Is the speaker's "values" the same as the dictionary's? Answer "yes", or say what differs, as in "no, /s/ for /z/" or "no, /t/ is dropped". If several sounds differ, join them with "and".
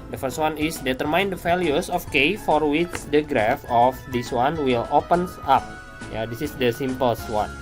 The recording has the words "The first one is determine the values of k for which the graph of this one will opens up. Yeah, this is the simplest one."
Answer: no, /f/ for /v/ and /s/ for /z/